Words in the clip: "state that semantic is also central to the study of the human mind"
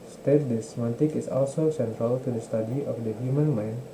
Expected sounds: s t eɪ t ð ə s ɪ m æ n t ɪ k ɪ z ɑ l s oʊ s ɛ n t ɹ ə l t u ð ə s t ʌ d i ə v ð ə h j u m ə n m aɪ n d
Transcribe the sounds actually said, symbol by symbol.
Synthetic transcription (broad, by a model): s t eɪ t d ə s m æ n t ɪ k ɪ s ɑ l s oʊ s ɛ n t ɹ ə l t u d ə s t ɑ d i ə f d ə h j u m ə n m aɪ n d